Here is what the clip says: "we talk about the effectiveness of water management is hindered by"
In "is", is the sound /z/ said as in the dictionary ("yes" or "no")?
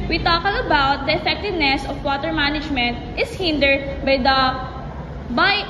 no